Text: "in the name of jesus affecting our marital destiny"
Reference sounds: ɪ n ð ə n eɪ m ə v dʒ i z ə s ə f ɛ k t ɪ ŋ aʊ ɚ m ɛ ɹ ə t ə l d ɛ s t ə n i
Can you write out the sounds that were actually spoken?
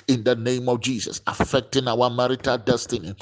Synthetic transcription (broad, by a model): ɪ n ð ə n eɪ m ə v dʒ i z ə s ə f ɛ k t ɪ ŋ aʊ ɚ m ɛ ɹ ə t ə l d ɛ s t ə n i